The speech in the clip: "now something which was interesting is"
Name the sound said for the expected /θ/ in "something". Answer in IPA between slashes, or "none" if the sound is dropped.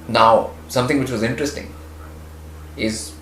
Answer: /t/